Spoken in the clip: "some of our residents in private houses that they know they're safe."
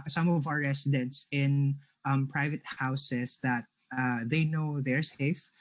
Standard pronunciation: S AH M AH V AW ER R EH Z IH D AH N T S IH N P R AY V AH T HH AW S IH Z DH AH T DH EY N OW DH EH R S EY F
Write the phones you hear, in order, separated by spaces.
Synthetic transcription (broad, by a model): S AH M AH V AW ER R EH S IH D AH N T S IH N P R AY V AH T HH AW S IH S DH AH T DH EY N OW DH EH R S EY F